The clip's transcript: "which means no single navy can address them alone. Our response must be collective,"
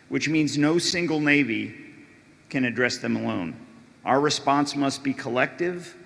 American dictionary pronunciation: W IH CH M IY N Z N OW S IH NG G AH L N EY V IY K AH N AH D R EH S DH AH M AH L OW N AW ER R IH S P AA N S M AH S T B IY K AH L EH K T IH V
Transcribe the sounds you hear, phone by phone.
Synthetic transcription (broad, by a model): W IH CH M IY N Z N OW S IH NG G L N EY V IY K AH N AH D R EH S DH AH M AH L OW N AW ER R IH S P AA N S M AH S T B IY K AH L EH K T IH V